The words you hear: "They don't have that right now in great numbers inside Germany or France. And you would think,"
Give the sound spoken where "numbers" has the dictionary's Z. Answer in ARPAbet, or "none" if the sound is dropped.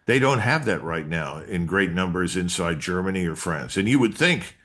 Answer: Z